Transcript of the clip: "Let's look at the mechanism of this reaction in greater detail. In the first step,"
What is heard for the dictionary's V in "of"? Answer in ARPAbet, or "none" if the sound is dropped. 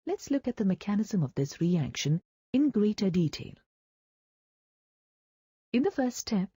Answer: V